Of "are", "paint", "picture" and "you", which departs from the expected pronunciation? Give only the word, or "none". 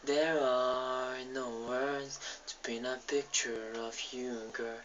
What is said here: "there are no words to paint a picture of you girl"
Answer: paint